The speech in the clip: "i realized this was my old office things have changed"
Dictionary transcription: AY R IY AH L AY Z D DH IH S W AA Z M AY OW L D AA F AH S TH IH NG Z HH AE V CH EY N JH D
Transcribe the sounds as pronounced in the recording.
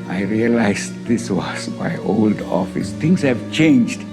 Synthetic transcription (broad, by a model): AY R IY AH L AY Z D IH S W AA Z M AY OW L D AA F AH S T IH NG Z HH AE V CH EY N JH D